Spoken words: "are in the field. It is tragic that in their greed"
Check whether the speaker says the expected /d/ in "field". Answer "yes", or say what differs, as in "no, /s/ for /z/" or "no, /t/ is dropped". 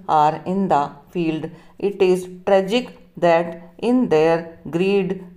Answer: yes